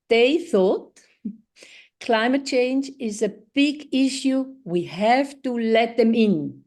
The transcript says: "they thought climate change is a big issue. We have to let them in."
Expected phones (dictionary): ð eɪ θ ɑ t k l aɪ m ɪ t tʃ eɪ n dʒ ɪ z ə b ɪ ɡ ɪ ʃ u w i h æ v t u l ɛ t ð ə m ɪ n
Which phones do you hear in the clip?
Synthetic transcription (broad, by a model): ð eɪ θ ɑ t k l aɪ m ɪ t tʃ eɪ n dʒ ɪ z ə b ɪ ɡ ɪ ʃ u w i h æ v t u l ɛ t ð ə m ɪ n